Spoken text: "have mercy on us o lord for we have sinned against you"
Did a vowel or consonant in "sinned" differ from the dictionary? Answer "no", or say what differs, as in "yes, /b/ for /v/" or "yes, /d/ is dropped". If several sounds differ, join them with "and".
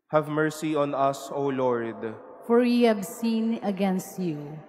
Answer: yes, /d/ is dropped